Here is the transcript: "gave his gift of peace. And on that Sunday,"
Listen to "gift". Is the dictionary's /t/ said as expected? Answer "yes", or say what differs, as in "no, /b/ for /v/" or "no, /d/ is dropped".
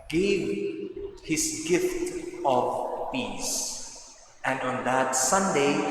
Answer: yes